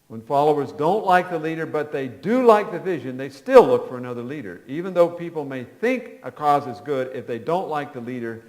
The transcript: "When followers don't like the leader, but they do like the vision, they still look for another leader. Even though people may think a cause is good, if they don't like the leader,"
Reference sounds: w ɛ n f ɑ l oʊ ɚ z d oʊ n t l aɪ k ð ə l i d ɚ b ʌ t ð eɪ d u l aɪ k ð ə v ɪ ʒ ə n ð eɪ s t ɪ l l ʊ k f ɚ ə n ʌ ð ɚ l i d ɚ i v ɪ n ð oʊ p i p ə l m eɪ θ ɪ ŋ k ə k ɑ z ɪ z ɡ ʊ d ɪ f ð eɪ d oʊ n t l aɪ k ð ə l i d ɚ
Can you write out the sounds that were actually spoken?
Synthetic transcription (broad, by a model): w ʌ n f ɑ l oʊ ɚ z d oʊ n t l aɪ k ð ə l i d ɚ b ʌ t ð eɪ d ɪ l aɪ k ð ə v ɪ ʒ ə n ð eɪ s t ɪ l l ʊ k f ɚ ə n ʌ ð ɚ l i d ɚ i v ɪ n ð oʊ p i p l m eɪ θ ɪ ŋ k ə k ɑ z ɪ z ɡ ʊ d ɪ f ð eɪ d oʊ n t l aɪ k ð ə l i d ɚ